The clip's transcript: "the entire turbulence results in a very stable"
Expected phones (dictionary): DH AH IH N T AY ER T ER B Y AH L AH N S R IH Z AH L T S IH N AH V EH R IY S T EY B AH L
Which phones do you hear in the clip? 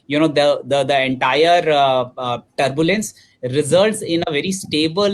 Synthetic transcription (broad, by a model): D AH IH N T AY ER T ER B Y AH L AH N S R IH Z AH L T S IH N AH V EH R IY S T EY B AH L